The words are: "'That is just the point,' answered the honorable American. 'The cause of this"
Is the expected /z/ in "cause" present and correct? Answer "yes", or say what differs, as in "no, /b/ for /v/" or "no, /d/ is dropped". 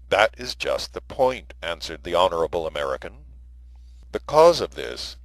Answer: yes